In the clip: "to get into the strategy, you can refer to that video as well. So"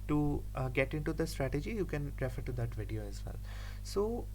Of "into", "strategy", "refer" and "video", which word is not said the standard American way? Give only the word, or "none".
none